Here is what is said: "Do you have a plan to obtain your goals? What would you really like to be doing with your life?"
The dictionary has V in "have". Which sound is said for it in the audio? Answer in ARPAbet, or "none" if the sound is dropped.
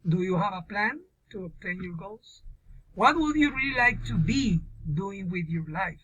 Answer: V